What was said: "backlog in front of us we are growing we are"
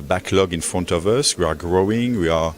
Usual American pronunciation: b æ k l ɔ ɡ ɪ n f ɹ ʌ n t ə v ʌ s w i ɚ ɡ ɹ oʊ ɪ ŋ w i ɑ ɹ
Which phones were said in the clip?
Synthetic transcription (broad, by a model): b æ k l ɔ ɡ ɪ n f ɹ ʌ n t ə v ʌ s w i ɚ ɡ ɹ oʊ ɪ ŋ w i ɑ ɹ